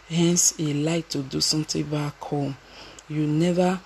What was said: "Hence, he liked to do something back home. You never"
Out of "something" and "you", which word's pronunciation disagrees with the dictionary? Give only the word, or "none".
something